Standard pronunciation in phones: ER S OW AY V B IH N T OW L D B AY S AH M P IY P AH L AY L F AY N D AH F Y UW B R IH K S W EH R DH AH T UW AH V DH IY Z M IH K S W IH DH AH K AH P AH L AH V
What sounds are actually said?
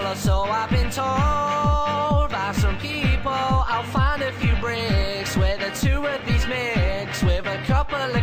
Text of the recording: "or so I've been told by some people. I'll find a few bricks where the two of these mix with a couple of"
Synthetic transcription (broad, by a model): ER S OW AY V B IH N T OW L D B AY S AH M P IY P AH L AY L F AY N D AH F Y UW B R IH K S W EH DH AH T UW AH V DH IY Z M IH K S W IH DH AH K AH P AH L